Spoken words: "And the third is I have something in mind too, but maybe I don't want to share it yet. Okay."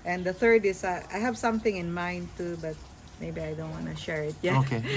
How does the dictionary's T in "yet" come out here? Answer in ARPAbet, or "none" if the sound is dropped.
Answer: none